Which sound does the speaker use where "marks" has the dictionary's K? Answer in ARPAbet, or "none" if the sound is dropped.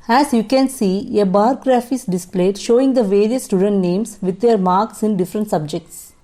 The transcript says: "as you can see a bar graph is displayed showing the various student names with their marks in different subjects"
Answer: K